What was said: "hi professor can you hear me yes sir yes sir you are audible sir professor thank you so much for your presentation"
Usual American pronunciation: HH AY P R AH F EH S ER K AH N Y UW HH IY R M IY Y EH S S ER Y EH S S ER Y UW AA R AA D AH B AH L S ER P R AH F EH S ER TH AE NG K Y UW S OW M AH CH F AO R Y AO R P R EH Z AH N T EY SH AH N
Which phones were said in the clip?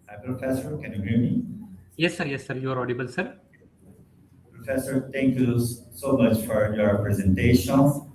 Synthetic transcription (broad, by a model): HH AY P R AH F EH S ER K AH N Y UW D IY M IY Y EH S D Y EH S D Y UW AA R AA D AH B AH L S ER P R AH F EH S ER T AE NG K Y UW S OW M AH CH F AO R Y AO R P R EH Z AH N T EY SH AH N